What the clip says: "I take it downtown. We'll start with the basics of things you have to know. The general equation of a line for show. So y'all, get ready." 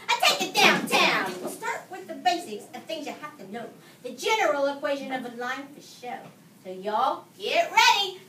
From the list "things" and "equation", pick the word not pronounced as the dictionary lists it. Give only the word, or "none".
none